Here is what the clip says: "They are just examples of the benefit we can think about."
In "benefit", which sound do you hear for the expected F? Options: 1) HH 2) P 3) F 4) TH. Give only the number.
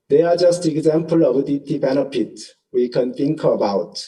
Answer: 2